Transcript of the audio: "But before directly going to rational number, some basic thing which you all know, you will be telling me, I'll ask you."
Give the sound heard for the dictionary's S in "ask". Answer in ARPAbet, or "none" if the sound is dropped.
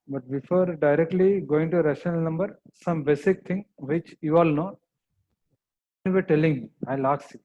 none